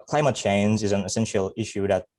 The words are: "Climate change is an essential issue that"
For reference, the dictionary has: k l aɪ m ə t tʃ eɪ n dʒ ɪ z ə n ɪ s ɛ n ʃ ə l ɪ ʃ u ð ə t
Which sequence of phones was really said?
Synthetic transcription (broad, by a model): k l aɪ m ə t tʃ eɪ n dʒ ɪ z ə n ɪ s ɛ n ʃ l ɪ ʃ u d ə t